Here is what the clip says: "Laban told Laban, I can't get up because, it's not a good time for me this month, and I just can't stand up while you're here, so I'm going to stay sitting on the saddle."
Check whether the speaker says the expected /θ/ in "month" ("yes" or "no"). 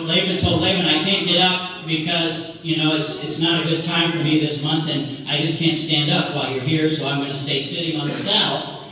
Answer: yes